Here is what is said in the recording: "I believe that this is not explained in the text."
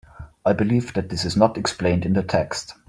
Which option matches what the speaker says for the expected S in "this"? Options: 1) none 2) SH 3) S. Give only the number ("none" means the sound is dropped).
3